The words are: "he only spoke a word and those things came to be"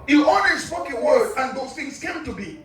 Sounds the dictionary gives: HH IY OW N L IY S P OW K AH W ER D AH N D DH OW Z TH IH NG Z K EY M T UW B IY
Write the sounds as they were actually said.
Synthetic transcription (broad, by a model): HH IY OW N W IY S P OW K AH W ER D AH N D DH OW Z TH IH NG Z K EY M T UW B IY